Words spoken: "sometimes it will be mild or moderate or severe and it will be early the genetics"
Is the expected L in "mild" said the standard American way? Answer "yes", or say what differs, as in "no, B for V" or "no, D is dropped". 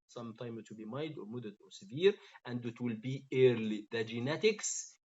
no, L is dropped